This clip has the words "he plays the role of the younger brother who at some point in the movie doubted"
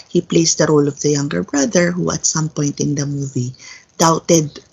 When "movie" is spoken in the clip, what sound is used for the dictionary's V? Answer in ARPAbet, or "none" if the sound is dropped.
V